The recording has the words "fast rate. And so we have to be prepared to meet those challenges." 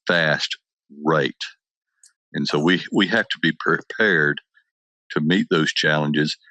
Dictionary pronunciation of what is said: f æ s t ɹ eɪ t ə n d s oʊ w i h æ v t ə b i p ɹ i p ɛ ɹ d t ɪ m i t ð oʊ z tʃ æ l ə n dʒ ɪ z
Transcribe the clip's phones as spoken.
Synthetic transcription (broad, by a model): f æ s t ɹ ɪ t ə n s oʊ w i h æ f t ə b i p ɹ i p ɛ ɹ d t ɪ m i t ð oʊ z tʃ æ l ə n dʒ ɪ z